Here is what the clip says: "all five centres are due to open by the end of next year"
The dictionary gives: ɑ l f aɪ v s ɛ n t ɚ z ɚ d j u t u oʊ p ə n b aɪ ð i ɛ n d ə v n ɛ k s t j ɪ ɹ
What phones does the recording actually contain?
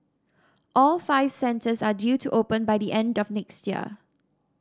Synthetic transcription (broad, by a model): ɑ l f aɪ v s ɛ n t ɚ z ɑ d j u t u oʊ p ə n b aɪ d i ɛ n d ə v n ɛ k s t j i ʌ